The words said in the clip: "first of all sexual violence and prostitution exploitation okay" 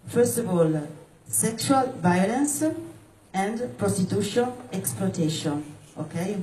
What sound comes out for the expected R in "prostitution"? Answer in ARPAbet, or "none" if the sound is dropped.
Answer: R